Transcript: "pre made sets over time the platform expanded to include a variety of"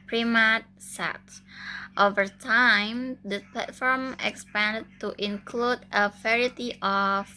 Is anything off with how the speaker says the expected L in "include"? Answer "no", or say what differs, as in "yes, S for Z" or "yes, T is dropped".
no